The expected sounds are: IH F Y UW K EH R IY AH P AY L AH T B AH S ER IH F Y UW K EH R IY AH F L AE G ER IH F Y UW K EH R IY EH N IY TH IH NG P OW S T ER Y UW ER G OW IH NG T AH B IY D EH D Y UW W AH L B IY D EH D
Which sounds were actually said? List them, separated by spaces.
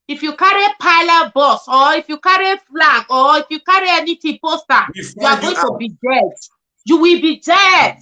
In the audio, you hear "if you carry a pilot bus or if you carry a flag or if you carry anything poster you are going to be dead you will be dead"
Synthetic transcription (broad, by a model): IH F Y UW K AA R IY P AY L AH T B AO S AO IH F Y UW K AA R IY F L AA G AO IH F Y UW K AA R IY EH N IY T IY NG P OW S T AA Y UW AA G OW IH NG T AH B IY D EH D Y UW W AH L B IY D EH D